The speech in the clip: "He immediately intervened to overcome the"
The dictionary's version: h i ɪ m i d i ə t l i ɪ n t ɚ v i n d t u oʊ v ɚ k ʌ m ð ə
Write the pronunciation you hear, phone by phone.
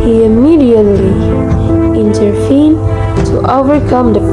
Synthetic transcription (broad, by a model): h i ɪ m i d i ə t l i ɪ n t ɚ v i n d t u oʊ v ɚ k ʌ m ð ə